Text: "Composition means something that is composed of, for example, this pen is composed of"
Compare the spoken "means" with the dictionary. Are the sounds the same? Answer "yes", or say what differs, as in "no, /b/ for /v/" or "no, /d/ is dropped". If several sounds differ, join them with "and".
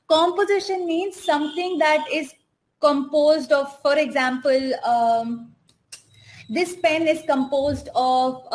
yes